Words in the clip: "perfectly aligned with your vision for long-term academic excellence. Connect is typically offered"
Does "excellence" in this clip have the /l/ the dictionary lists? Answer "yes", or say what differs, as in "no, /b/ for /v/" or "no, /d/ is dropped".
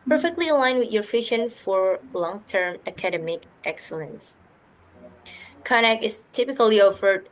yes